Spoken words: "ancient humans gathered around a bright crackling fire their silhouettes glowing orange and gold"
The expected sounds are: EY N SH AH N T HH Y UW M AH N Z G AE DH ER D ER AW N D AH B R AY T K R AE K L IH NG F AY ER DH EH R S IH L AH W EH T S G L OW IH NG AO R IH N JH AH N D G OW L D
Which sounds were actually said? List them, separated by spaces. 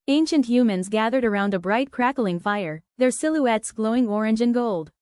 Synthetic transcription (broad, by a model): EY N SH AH N T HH Y UW M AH N Z G AE DH ER D ER AW N D AH B R AY T K R AE K L IH NG F AY ER DH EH R S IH L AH EH T S G L OW IH NG AO R IH N JH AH N G OW L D